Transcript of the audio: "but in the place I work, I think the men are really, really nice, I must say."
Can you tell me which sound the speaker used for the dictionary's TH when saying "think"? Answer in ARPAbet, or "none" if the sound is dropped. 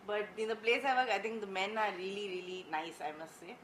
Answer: T